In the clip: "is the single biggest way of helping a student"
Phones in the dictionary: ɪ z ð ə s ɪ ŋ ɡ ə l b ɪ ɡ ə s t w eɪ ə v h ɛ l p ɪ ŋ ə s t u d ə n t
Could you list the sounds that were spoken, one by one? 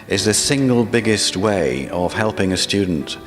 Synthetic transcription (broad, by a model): ɪ z ð ə s ɪ ŋ ɡ ə l b ɪ ɡ ə s t w eɪ ə v h ɛ l p ɪ ŋ ə s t u d n t